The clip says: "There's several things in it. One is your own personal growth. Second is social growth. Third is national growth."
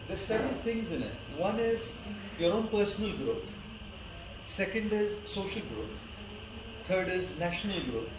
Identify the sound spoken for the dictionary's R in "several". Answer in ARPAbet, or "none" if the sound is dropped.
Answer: none